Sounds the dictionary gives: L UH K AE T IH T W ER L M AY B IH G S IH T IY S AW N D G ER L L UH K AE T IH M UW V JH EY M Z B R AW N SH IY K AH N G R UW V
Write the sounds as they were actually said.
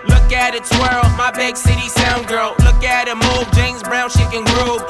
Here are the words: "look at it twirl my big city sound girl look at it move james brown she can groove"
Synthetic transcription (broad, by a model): L UH K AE T IH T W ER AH M AY B IH G S IH T IY S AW N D G ER L L UH K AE T IH M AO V JH EY M Z B R AW N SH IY K AH N G R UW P